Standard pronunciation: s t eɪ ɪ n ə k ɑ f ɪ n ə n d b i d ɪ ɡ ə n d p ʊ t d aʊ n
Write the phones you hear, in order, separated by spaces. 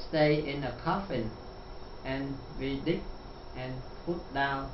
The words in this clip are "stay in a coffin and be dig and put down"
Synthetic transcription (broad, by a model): s t eɪ ɪ n ə k ɑ f ɪ n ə n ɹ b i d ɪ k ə n p ʊ t d aʊ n